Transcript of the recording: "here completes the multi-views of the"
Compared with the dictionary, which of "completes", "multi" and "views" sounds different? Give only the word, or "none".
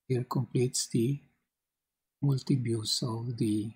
views